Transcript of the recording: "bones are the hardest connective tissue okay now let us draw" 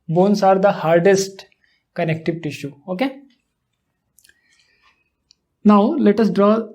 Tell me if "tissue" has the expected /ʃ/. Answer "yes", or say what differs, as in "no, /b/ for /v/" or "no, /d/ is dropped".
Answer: yes